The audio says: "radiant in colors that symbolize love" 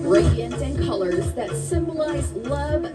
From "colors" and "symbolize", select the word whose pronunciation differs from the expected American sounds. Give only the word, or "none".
none